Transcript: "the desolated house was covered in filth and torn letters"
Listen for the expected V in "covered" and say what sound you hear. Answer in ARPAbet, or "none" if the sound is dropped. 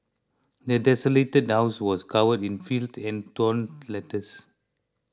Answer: W